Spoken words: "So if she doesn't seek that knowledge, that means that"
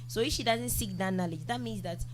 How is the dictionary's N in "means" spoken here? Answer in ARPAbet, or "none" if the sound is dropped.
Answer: N